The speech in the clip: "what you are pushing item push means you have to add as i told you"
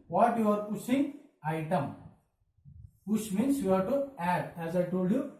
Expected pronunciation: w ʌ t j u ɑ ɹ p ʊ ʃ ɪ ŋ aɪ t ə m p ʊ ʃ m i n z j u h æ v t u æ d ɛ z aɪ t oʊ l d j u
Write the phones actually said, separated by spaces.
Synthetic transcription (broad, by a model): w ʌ t j u ɑ ɹ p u s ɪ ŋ aɪ t ə m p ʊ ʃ m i n s j u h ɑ t u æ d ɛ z aɪ t oʊ l d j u